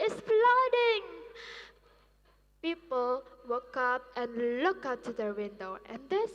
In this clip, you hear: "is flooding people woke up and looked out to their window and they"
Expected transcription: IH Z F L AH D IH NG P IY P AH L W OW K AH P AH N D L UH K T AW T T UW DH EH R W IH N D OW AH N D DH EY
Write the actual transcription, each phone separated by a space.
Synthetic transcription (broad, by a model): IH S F L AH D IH NG P IY P AH L W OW K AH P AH N L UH K AW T T UW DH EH W IH N D OW AH N D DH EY